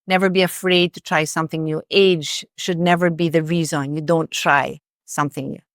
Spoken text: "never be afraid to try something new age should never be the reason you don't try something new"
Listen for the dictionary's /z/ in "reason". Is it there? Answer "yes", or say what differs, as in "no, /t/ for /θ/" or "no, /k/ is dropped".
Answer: yes